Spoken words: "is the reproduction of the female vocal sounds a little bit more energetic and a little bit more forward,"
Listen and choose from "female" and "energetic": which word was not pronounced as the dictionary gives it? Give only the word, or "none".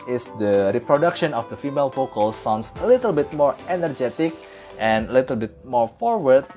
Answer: none